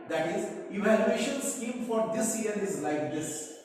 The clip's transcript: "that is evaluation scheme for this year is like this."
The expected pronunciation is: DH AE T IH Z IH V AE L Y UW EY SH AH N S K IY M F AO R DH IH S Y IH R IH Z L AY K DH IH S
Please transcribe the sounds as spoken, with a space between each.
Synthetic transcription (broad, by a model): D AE T IH Z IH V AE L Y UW EY SH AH N S K IY M F AO R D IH S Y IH R IH Z L AY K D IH S